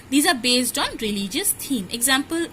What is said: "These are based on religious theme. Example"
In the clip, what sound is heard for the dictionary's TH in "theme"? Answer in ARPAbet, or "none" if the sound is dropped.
T